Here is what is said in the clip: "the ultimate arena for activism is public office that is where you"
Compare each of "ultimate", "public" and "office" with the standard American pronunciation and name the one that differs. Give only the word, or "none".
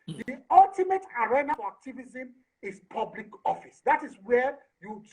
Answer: none